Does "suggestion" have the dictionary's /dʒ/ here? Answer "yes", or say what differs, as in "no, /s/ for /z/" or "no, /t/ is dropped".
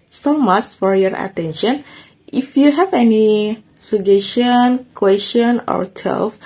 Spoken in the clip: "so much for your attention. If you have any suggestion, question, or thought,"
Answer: no, /dʒ/ is dropped